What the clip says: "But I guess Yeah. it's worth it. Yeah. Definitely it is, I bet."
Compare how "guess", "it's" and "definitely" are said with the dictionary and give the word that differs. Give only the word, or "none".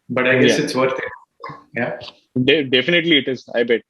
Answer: guess